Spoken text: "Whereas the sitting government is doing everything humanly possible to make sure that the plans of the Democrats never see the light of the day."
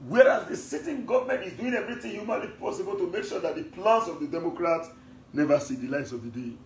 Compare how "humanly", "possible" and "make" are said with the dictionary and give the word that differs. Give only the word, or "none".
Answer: none